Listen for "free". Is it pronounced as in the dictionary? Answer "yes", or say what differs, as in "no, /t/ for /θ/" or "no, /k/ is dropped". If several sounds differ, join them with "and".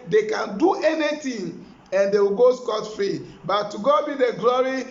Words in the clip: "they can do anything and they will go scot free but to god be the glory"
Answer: no, /ɹ/ is dropped